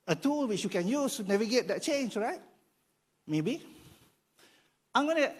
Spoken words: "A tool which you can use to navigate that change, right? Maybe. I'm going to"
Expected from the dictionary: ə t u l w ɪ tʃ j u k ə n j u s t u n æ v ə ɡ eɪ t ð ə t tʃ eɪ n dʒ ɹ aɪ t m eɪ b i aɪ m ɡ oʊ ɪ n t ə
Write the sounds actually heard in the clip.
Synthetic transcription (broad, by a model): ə t u l w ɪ tʃ j u k ə n j u s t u n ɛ v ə ɡ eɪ t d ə t tʃ eɪ n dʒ ɹ aɪ t m eɪ b i aɪ m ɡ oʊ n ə